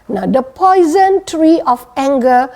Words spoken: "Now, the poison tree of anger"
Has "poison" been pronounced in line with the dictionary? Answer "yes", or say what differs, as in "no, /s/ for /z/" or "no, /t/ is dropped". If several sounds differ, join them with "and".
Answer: yes